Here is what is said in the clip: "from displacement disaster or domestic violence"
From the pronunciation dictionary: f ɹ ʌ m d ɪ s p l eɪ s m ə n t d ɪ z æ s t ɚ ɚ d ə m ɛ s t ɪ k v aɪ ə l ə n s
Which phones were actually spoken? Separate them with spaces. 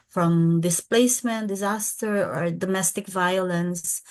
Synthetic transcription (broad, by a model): f ɹ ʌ m d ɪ s p l eɪ s m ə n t d ɪ z æ s t ɚ ɚ d ə m ɛ s t ɪ k v aɪ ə l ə n s